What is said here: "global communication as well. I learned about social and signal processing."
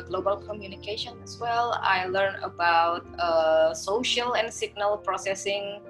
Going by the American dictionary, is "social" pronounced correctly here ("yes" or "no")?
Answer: yes